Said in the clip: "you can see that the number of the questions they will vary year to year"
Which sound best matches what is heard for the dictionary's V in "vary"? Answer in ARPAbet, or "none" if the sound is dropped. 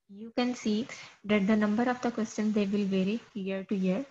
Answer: V